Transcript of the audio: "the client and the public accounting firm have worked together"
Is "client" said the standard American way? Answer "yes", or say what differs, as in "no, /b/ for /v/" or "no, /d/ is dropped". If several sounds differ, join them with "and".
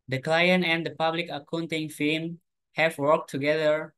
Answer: yes